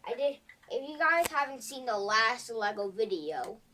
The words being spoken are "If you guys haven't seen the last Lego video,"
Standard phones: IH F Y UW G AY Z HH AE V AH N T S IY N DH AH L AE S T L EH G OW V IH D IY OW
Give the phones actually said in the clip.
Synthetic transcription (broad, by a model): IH F Y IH G AY Z HH AE V AH N T S IY N DH AH L AE S T L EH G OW V IH D IY OW